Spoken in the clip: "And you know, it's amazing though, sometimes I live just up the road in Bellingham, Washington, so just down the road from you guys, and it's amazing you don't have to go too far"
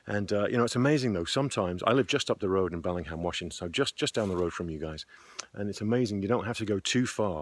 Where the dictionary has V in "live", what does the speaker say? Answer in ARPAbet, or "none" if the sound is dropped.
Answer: V